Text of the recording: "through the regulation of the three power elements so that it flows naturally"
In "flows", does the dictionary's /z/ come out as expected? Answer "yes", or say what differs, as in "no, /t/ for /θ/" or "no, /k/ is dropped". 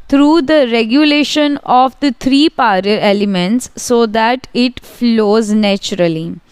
yes